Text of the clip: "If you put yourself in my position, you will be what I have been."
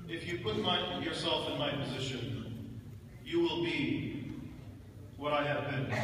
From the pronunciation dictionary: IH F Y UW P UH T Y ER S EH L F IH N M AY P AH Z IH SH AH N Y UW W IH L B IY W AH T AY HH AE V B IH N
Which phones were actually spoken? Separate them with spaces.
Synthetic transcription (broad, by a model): IH F Y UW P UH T Y ER S EH L F IH N M AY P AH Z IH SH AH N Y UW W IH L B IY W AH T AY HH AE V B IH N